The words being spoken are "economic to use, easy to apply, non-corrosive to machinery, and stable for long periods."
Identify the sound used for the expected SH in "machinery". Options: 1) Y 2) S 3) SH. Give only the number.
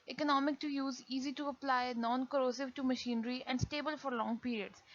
3